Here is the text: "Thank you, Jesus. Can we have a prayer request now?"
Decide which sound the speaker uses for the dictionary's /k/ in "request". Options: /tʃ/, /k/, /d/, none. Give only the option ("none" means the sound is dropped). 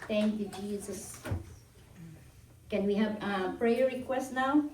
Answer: /k/